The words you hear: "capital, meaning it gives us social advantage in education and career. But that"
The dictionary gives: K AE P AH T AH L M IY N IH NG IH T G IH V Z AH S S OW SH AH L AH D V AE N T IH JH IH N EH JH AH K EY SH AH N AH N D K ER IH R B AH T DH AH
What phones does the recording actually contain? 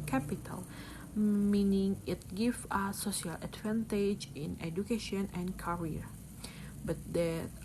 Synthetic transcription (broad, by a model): K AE P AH T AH L M IY N IH NG IH T G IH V AH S S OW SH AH L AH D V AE N T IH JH IH N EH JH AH K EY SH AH N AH N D K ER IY R B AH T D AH